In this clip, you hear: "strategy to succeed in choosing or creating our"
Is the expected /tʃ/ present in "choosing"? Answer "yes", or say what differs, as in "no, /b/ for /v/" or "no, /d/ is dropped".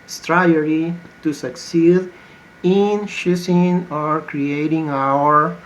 no, /ʃ/ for /tʃ/